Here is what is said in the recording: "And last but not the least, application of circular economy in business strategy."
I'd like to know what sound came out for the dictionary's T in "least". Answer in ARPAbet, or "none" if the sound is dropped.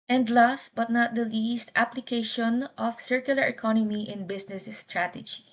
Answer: T